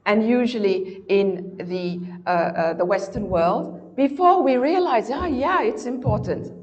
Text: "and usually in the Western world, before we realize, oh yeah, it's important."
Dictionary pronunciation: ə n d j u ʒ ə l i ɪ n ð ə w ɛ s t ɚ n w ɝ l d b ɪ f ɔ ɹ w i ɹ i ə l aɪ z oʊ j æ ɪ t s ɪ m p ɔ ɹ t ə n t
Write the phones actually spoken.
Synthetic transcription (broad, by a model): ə n j u ʒ ə l i ɪ n ð ə w ɛ s t ɚ n w ɝ l d b ɪ f ɔ ɹ w i ɹ i ə l aɪ z oʊ j æ ɪ t s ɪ m p ɔ ɹ t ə n t